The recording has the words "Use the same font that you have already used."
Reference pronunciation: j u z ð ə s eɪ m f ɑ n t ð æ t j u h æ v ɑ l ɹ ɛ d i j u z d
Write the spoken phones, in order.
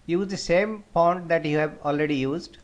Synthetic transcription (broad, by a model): j u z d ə s eɪ m p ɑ n t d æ t j u h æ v ɑ l ɹ ɛ d i j u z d